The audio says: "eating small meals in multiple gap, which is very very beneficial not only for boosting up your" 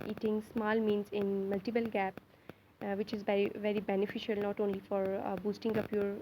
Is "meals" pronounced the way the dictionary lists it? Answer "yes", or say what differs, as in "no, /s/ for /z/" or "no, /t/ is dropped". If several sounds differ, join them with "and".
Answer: no, /n/ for /l/